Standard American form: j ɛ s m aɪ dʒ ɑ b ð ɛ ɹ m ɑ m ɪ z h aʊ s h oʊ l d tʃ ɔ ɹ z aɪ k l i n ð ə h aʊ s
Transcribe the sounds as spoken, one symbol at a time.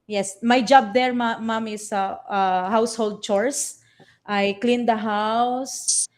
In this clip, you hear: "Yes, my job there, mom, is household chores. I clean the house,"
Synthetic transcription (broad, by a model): j ɛ s m aɪ dʒ ɑ b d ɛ ɹ m ɑ m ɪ s h aʊ s h oʊ l d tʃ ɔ ɹ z aɪ k l i n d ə h aʊ s